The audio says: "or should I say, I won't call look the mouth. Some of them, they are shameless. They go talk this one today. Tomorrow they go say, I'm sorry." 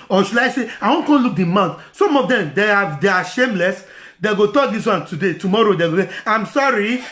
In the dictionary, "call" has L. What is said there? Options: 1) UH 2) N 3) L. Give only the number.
2